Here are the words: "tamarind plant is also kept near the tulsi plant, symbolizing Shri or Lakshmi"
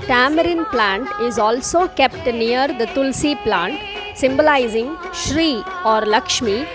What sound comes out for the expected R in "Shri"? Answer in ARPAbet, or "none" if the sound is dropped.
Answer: R